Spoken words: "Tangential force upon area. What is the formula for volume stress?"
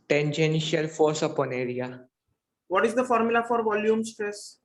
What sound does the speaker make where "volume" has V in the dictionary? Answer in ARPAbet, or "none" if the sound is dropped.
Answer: V